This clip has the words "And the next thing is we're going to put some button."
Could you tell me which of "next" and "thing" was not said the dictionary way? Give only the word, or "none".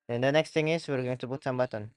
thing